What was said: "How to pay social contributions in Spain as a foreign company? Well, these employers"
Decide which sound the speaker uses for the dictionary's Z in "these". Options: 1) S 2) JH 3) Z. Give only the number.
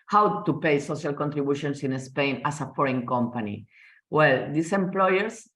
1